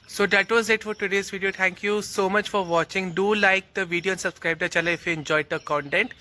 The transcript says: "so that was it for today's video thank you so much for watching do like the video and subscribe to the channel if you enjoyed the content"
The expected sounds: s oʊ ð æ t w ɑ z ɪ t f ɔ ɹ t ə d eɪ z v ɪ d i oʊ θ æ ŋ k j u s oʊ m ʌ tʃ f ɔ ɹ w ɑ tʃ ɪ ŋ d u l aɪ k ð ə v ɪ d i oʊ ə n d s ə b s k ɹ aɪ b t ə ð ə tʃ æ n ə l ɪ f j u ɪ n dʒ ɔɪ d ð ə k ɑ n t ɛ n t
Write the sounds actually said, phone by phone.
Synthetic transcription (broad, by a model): s oʊ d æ t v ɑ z ɪ t f ɔ ɹ t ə d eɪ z v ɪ d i oʊ t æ ŋ k j u s oʊ m ʌ tʃ f ɔ ɹ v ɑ tʃ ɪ ŋ d u l aɪ k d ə v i d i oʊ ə n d s ə b s k ɹ aɪ b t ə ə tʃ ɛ l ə ɪ f j u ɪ n dʒ ɔɪ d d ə k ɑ n t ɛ n t